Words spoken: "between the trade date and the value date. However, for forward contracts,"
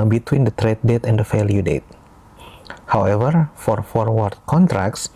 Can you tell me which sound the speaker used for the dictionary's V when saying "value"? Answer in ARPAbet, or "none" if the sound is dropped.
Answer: F